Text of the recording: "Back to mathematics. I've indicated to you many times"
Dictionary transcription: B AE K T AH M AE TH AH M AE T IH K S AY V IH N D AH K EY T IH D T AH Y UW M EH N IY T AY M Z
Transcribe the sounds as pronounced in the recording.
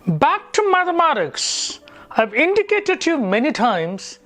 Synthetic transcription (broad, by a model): B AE K T AH M AE TH AH M AE T IH K S AY V IH N D AH K EY T IH D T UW M EH N IY T AY M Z